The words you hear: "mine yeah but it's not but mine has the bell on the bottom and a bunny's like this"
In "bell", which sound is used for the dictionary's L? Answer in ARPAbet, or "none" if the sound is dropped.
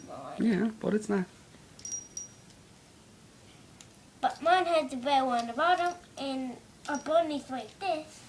W